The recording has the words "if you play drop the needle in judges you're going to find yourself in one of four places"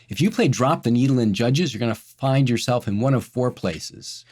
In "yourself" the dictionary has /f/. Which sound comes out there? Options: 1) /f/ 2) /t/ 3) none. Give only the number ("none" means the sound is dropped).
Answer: 1